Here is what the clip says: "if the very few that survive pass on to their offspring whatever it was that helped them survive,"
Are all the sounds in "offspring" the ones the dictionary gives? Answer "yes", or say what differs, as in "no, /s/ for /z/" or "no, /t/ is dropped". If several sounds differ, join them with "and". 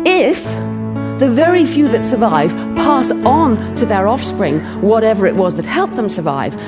yes